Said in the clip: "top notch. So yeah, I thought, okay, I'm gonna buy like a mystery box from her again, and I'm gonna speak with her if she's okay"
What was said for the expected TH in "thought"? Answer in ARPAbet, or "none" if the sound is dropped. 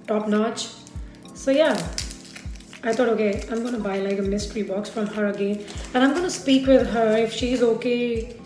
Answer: T